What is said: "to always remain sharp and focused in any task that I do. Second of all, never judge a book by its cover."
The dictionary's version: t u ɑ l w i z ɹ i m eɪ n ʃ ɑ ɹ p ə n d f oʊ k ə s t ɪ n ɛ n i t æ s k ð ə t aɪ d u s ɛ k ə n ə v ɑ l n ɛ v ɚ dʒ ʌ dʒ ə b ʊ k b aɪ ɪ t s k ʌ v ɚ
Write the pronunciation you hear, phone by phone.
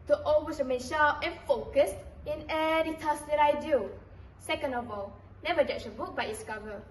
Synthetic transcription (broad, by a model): t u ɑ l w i s ɹ i m eɪ n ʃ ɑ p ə n f oʊ k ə s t ɪ n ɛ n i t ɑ s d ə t aɪ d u s ɛ k ə n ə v ɑ l n ɛ v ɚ dʒ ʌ tʃ ə b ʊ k b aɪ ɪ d s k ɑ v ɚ